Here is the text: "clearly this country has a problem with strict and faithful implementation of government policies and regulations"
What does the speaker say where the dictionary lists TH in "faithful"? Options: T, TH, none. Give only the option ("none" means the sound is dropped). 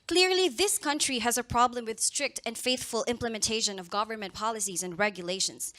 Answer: TH